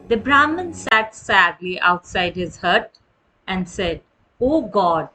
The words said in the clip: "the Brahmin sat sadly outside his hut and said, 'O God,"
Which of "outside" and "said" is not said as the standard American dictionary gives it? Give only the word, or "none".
none